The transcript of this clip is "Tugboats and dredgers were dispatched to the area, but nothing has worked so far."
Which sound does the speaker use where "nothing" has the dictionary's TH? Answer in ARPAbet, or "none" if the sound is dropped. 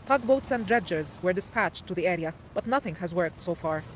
TH